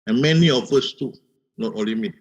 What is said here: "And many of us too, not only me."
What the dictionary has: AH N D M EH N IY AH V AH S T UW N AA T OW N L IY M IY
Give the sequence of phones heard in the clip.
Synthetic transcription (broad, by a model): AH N M EH N IY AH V AH S T UW N AA T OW L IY M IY